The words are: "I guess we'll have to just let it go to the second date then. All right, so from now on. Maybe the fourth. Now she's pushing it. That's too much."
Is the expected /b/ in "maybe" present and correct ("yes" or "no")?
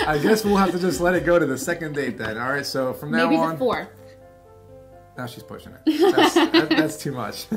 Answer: no